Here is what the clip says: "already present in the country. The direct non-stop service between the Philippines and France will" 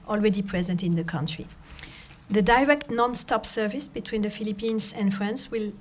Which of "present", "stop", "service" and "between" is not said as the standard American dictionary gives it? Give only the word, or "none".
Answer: none